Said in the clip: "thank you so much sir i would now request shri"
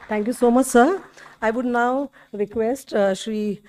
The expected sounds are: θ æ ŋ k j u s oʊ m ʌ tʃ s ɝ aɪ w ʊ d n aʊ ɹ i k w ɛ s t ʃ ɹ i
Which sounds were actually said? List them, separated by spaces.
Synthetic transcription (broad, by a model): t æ ŋ k j u s oʊ m ʌ tʃ s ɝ aɪ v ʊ d n aʊ ɹ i k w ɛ s t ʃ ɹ i